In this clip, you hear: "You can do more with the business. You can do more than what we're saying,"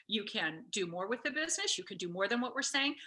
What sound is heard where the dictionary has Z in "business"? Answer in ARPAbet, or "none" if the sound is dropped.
Z